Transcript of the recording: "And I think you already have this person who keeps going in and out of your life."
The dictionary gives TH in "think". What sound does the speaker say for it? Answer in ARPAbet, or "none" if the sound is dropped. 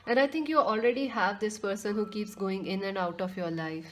T